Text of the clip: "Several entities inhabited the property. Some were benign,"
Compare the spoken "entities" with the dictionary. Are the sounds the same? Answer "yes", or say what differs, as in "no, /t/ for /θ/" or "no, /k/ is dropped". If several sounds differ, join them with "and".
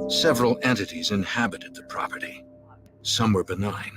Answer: yes